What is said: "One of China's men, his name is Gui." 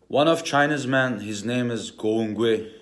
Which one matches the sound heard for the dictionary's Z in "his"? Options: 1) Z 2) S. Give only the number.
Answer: 1